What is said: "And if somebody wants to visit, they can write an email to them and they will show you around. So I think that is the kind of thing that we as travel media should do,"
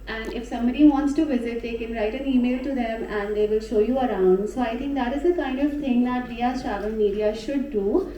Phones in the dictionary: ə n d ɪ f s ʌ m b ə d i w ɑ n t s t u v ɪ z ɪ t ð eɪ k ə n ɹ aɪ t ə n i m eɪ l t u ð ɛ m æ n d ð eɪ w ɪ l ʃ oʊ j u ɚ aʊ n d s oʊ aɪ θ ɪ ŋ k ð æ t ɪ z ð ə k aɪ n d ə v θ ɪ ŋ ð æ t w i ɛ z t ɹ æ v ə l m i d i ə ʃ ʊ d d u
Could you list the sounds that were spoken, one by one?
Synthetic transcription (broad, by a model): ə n d ɪ f s ʌ m b ə d i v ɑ n t s t u v ɪ z ɪ t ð eɪ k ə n ɹ aɪ t ə n i m eɪ l t u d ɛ m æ n d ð eɪ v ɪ l ʃ oʊ j u ɚ aʊ n d s oʊ aɪ t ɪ ŋ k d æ t ɪ z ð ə k aɪ n d ə v t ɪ ŋ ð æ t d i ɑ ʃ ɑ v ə n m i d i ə ʃ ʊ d d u